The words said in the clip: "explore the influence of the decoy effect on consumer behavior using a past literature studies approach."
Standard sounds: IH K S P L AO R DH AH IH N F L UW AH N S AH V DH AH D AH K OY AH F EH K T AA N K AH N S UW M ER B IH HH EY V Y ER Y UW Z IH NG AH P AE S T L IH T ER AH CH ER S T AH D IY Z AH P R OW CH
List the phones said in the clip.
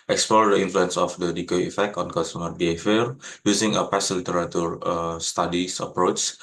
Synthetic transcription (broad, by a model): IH K S P L AO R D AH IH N F L UW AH N S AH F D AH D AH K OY AH F EH K T AA N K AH S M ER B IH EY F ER Y UW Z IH NG AH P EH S L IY T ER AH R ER S T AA D IY S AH P R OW CH